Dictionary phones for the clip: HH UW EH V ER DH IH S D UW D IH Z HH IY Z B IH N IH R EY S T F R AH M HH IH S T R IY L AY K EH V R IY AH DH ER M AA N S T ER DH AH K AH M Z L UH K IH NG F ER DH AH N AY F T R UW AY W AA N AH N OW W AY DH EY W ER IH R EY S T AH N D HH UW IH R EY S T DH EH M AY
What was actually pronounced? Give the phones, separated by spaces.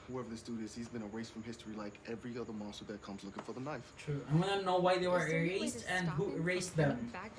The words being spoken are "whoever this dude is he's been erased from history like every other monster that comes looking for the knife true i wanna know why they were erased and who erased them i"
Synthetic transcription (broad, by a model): HH UW EH V ER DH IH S D UW D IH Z HH IY Z B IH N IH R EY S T F R AH M HH IH S T R IY L AY K EH V R IY AH DH ER M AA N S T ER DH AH K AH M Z L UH K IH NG F ER DH AH N AY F T R UW AY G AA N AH N OW W AY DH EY W ER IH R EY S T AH N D HH UW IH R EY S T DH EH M